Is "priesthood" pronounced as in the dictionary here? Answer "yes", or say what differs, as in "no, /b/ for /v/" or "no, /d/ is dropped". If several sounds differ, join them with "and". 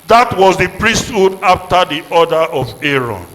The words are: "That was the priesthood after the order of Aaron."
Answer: yes